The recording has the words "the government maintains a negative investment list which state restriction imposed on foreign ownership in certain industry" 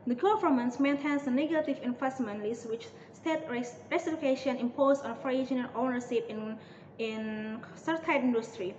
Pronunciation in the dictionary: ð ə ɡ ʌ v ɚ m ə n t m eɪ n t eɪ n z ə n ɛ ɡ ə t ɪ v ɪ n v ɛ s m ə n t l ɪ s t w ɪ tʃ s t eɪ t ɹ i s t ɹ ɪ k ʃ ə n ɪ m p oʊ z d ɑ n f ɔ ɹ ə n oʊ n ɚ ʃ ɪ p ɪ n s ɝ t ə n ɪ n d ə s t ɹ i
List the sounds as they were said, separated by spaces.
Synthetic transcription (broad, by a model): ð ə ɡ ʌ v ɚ m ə n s m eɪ n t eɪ n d ə n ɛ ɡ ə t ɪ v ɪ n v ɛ s m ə n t l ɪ s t w ɪ tʃ s t eɪ t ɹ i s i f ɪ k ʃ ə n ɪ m p oʊ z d ɑ n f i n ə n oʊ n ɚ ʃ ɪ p ɪ n s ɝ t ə ɪ n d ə s t ɹ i